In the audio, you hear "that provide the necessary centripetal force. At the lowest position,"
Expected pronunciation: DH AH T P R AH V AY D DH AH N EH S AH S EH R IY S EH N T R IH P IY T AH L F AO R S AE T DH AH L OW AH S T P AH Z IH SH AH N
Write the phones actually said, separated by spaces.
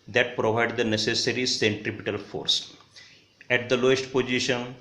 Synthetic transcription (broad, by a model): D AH T P R AH V AY D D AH N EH S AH S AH R IY S EH N T R IH P IY T AH L F AO R S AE T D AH L OW AH S T P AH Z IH SH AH N